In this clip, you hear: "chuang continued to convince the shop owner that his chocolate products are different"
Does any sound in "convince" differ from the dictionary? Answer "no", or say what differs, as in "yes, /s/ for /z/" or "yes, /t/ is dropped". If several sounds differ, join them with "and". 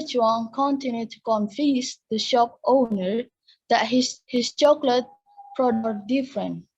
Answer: yes, /f/ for /v/ and /n/ is dropped